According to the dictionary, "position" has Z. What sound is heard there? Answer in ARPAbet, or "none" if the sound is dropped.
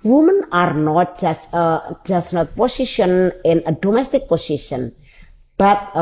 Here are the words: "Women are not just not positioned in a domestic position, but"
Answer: S